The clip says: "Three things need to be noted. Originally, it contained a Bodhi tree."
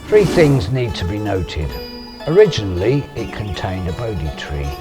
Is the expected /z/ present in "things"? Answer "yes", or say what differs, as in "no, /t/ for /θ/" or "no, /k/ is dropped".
yes